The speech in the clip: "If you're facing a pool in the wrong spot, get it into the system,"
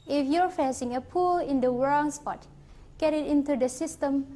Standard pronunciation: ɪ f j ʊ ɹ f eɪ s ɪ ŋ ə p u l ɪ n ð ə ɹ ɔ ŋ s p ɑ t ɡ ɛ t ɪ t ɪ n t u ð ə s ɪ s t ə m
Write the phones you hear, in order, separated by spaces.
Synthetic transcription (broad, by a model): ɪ f j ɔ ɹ f eɪ s ɪ ŋ ə p u l ɪ n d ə w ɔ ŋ s p ɑ t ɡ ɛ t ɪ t ɪ n t u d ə s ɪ s t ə m